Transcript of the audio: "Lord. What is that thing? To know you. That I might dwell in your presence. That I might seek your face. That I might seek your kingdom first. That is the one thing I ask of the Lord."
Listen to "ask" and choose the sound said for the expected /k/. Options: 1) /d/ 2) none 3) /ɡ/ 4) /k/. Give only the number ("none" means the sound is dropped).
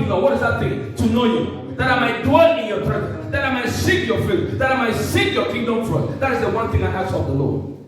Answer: 2